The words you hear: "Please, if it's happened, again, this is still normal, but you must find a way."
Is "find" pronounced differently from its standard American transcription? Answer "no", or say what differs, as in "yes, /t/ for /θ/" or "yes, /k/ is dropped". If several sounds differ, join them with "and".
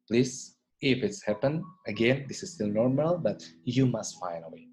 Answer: yes, /d/ is dropped